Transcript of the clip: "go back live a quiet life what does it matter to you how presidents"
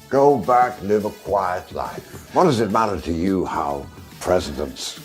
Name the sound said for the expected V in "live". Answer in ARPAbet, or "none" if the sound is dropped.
V